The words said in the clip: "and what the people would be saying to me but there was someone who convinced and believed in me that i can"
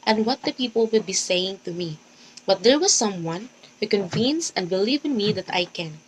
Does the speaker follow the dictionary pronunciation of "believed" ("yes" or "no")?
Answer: no